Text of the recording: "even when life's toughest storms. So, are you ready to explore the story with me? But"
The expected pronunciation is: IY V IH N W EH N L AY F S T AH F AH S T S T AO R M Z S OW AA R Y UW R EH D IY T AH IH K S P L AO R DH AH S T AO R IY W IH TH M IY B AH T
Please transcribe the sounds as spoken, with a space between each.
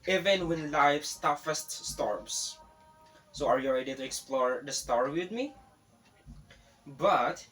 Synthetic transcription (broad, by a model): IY V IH N W EH N L AY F S T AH F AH S T S T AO R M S S OW AA R Y UW L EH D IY T AH IH K S P L AO R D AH S T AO R W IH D M IY B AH T